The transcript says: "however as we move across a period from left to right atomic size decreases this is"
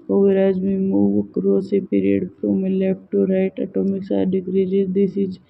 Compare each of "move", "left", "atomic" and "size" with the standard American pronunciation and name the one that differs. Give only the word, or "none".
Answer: size